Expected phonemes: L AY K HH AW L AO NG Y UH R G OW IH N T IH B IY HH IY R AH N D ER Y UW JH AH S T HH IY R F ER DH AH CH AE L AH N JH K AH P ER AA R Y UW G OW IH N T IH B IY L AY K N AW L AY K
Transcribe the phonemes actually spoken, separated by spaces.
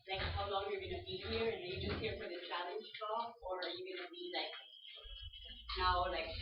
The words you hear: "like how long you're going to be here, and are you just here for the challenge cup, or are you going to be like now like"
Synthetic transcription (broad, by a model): L AY K HH AW L AO NG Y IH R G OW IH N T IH B IY HH IY R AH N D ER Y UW JH AH S T HH IY R F ER DH AH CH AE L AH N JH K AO ER R Y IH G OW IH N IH B IY L AY K N AW L AY K